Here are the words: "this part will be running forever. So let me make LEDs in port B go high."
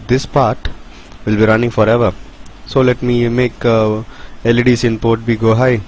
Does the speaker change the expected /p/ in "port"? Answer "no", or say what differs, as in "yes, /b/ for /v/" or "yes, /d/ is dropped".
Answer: no